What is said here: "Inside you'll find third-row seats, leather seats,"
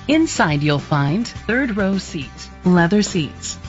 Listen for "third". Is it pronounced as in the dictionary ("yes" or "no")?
yes